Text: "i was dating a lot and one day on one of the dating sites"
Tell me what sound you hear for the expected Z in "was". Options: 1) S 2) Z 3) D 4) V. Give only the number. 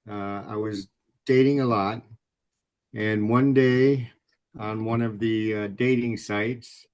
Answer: 2